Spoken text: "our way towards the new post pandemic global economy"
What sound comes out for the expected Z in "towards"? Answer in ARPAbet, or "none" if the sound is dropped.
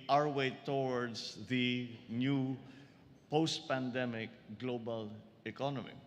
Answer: S